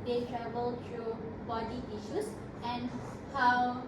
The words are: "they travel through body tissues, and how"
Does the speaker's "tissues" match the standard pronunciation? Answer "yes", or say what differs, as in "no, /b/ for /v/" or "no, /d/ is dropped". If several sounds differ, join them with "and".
no, /s/ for /z/